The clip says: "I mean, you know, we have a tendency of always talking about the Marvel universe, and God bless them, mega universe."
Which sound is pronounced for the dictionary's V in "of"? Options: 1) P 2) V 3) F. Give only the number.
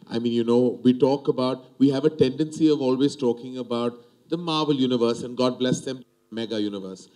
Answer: 2